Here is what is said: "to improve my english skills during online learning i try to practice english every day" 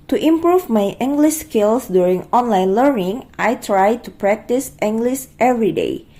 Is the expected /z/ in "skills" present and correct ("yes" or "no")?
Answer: no